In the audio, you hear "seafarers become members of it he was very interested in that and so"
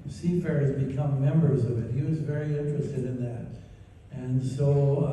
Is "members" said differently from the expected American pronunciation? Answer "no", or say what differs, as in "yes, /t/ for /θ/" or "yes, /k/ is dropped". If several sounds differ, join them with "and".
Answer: no